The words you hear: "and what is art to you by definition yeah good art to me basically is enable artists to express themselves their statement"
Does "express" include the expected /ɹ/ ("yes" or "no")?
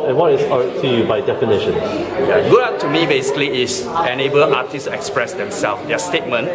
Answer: yes